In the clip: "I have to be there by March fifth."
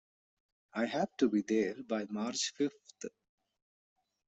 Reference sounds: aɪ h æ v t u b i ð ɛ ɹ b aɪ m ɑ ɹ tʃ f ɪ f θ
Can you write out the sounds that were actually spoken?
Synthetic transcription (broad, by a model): aɪ h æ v t u b i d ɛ ɹ b aɪ m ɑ ɹ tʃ f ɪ f t